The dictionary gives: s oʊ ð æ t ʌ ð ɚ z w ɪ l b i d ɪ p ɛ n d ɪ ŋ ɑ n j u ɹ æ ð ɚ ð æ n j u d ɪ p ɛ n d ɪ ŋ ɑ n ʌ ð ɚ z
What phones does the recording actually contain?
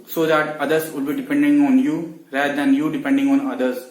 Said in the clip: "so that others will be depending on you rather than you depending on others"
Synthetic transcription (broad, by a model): s oʊ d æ t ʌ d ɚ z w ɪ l b i d ɪ p ɛ n d ɪ ŋ ɑ n j u ɹ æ ɚ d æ n j u d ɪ p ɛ n d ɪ ŋ ɑ n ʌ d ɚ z